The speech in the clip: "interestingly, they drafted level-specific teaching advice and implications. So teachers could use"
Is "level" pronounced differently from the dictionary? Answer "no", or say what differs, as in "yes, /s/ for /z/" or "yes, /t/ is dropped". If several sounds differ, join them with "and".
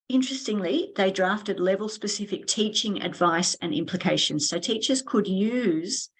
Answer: no